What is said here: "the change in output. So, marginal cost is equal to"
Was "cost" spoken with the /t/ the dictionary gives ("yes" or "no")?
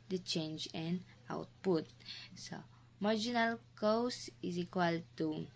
no